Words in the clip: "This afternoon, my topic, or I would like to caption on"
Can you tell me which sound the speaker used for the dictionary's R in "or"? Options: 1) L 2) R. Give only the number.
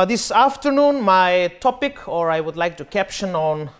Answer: 2